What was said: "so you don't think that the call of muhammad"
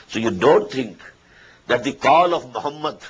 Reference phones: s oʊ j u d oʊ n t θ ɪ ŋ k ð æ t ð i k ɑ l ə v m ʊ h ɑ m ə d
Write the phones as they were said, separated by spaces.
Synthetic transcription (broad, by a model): s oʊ j u d oʊ n t t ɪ ŋ k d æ t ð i k ɑ l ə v m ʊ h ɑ m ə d